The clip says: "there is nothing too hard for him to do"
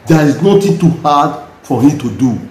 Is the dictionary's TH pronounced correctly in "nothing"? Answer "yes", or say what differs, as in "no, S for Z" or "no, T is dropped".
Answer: no, T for TH